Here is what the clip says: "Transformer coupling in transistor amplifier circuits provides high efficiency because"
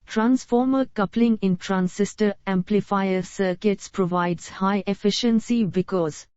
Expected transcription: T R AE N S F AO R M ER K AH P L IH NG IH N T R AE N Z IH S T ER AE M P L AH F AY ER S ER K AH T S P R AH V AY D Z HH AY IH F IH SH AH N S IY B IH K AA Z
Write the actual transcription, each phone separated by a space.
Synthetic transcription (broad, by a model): T R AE N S F AO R M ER K AH P L IH NG IH N T R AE N S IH S T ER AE M P L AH F AY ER S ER K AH T S P R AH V AY D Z HH AY IH F IH SH AH N S IY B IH K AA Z